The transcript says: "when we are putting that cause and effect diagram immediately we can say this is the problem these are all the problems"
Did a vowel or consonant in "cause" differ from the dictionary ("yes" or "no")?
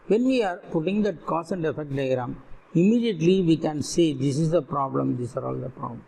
yes